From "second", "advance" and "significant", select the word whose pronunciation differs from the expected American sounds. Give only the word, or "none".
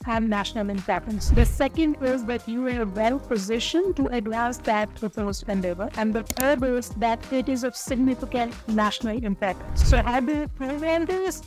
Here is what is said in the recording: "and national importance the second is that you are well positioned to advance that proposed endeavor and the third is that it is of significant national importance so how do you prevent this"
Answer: advance